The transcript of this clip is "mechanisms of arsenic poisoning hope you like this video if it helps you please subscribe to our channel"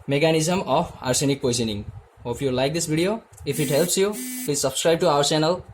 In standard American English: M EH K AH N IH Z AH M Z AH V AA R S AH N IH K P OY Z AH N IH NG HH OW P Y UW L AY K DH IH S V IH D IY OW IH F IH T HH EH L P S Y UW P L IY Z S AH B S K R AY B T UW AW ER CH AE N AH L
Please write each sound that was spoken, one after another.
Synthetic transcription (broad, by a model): M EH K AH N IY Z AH M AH P AA R S AH N IH K P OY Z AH N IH NG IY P Y UW L AY K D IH S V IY D IY OW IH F IH T HH EH L P S Y UW P L IY Z S AH B S K R AY B T UW AW ER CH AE N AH L